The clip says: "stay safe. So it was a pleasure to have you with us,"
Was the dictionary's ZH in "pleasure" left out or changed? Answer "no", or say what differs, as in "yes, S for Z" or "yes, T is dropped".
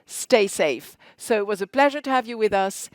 no